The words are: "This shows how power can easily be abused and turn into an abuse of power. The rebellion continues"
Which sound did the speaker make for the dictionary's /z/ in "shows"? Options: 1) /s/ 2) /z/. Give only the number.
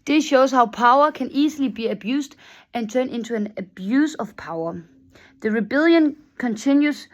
1